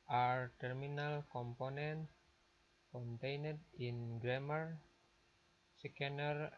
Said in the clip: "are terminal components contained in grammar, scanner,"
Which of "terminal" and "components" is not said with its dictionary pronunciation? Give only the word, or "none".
components